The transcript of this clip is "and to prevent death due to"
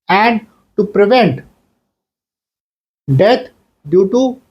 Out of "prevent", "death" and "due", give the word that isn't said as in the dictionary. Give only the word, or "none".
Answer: death